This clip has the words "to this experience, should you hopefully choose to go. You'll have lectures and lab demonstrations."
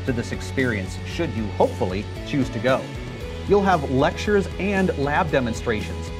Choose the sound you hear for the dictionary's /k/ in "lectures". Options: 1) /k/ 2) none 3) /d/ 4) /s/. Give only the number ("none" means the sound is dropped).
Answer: 1